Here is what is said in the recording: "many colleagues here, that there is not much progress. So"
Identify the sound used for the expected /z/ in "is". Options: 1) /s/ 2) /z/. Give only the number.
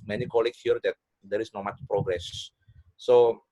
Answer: 1